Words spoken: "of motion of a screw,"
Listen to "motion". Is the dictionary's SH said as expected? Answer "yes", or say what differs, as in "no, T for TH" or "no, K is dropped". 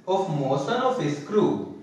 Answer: no, S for SH